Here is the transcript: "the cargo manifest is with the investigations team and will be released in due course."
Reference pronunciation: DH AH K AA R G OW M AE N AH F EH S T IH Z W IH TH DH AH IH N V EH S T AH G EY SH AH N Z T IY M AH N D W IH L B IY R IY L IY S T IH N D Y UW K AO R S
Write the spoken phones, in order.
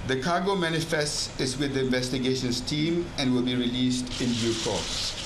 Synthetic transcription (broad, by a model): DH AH K AA G OW M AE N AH F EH S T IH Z W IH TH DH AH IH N V EH S T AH G EY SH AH N S T IY M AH N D W IH L B IY R IY L IY S T IH N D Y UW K AO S